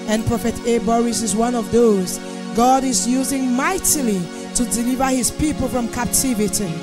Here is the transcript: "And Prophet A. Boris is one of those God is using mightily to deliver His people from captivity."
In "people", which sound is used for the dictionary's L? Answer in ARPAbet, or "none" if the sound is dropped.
L